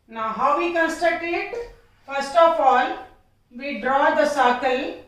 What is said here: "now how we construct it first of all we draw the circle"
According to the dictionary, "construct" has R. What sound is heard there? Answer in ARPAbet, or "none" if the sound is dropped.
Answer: none